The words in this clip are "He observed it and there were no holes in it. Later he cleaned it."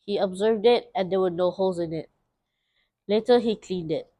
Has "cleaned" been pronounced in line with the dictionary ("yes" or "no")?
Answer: yes